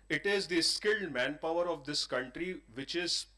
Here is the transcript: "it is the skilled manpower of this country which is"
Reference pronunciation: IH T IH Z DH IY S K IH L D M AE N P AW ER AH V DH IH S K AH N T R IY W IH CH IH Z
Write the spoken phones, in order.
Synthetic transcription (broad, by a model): IH T IH Z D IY S K IH L D M AE N P AW ER AH V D IH S K AH N T R IY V IH CH IH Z